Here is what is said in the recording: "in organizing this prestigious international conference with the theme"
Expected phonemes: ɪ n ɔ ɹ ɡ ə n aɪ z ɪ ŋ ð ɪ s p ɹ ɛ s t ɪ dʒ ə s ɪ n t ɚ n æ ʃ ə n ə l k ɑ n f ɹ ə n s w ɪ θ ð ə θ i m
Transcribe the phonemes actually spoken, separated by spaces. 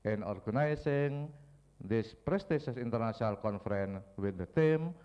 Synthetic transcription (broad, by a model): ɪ n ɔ ɹ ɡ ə n aɪ s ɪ ŋ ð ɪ s p ɹ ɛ s t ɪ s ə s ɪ n t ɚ n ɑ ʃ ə n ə l k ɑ n f ɹ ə n w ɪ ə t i m